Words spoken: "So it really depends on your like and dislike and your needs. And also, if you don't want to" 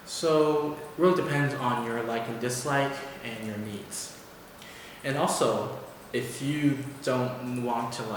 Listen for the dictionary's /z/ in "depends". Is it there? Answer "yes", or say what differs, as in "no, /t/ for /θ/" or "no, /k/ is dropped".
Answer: yes